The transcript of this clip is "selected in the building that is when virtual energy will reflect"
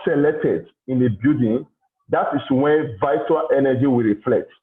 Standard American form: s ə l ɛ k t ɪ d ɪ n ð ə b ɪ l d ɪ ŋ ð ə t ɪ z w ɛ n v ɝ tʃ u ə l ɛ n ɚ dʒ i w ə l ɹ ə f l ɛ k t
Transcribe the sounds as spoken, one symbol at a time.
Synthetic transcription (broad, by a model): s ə l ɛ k t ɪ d ɪ n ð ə b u d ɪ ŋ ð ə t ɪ s w ɛ n v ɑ u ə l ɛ n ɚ dʒ i w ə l ɹ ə f l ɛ k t